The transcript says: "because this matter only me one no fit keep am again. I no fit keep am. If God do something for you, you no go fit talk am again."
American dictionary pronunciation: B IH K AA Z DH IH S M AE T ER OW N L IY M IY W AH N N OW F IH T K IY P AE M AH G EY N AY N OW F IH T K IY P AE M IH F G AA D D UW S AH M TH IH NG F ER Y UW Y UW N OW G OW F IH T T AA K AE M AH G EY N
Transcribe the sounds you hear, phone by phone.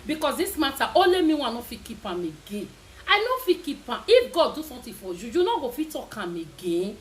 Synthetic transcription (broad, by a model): B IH K AA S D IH S M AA T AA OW L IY M IY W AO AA N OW F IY K IY P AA M AH G EY N AY N OW F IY K IY P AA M IH F G AA D D UW S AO M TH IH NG F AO Y UW Y UW N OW G OW F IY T T AA K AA M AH G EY N